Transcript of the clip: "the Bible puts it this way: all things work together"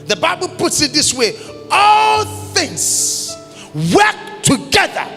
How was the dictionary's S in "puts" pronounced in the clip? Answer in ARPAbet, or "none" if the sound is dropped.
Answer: S